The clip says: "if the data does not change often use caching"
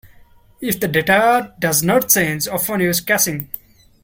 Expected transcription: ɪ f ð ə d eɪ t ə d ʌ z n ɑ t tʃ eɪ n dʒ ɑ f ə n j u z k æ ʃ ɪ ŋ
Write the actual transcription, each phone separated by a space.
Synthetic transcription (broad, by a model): ɪ f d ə d eɪ t ə d ʌ z n ɑ t s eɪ n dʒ ɑ f ə n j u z k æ s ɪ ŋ